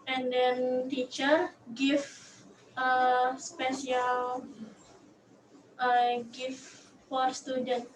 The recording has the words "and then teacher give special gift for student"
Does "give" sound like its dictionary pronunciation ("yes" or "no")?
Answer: no